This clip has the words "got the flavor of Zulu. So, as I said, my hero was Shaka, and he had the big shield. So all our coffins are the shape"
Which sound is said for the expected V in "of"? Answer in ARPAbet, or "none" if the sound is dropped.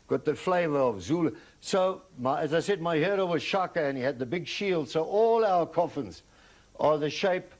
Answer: V